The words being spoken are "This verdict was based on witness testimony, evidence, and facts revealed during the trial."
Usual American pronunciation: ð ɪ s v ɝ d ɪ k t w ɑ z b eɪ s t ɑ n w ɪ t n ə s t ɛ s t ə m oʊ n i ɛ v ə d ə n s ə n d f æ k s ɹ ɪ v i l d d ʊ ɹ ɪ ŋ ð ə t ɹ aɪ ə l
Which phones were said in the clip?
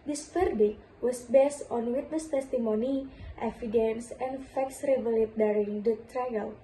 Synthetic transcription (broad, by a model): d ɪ s f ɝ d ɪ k w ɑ s b eɪ s t ɑ n w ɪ t n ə s t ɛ s t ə m oʊ n i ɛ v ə d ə n s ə n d f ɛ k s ɹ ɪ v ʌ l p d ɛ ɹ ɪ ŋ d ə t ɹ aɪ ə l